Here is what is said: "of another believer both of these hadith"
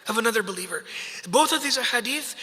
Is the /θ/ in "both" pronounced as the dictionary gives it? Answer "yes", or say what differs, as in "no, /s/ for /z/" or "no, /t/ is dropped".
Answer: yes